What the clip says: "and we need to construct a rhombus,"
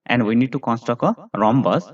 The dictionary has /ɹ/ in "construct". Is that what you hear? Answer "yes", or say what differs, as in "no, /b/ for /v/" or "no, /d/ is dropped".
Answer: no, /ɹ/ is dropped